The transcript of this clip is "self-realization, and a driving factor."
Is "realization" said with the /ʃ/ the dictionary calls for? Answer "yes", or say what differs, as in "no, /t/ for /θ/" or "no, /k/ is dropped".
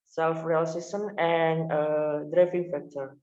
no, /s/ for /ʃ/